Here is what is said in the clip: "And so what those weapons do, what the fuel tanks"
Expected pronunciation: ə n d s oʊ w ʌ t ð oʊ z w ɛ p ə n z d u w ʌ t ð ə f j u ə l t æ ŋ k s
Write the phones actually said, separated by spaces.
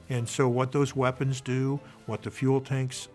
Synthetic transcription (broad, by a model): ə n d s oʊ w ʌ t ð oʊ z w ɛ p ə n z d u w ʌ t ð ə f j u l t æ ŋ k s